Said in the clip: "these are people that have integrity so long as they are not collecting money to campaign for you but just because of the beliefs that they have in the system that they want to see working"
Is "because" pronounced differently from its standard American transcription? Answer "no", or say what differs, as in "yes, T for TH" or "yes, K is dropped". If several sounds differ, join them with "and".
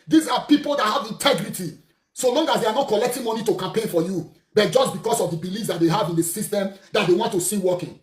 yes, S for Z